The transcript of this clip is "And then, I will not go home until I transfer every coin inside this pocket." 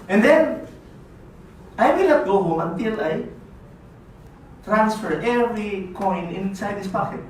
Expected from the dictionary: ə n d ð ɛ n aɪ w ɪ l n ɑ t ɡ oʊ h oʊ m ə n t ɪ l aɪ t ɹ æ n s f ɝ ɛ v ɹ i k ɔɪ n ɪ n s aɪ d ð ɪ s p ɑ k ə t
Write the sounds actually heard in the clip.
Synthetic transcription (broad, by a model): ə n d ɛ n aɪ w ɪ l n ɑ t ɡ oʊ h oʊ m ə n t ɪ l aɪ t ɹ æ n s f ɝ ɛ v ɹ i k ɔɪ n ɪ n s aɪ d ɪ s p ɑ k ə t